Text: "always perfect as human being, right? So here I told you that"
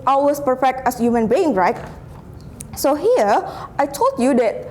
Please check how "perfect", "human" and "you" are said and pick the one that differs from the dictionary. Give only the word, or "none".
none